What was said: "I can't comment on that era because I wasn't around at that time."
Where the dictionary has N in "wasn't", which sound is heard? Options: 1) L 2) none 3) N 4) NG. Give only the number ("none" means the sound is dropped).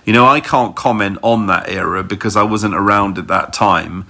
3